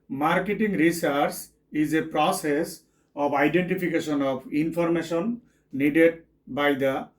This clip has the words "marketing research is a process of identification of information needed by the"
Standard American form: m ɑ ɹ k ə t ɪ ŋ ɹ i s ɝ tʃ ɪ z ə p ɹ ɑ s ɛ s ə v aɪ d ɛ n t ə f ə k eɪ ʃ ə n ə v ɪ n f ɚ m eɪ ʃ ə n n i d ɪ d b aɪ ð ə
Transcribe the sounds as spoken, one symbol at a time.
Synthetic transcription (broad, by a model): m ɑ ɹ k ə t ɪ ŋ ɹ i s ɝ s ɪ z ə p ɹ ɑ s ɛ s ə p aɪ d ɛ n t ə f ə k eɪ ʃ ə n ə p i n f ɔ m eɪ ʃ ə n n i d ɪ d b aɪ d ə